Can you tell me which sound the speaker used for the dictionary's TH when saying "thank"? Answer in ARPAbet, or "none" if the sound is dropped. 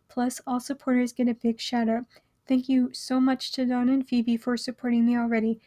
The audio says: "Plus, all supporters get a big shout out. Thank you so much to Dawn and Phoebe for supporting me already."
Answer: TH